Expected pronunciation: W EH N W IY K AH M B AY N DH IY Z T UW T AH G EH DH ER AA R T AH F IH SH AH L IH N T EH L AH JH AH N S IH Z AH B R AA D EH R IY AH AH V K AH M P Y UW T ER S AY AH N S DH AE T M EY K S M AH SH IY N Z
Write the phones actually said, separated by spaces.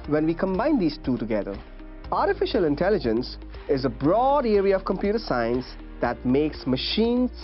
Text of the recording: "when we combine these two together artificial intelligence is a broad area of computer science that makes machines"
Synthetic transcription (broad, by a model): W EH N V IY K AH M B AY N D IY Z T UW T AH G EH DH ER AA R T AH F IH SH AH L IH N T EH L AH JH AH N S IH Z AH B R AA D EH R IY AH AH V K AH M P Y UW T ER S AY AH N S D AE T M EY K S M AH SH IY N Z